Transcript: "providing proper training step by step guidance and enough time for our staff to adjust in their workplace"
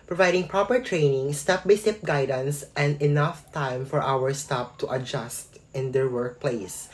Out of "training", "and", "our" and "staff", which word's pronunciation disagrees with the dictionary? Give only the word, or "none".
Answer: staff